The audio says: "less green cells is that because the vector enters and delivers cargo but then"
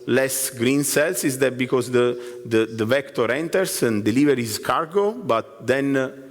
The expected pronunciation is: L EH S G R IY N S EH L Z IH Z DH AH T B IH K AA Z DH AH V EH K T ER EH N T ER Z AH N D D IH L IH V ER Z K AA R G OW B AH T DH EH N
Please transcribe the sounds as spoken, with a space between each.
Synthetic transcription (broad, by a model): L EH S G R IY N S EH L S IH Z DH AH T B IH K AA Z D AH V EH K T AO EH N T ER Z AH N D D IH L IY V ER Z K AA R G OW B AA T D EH N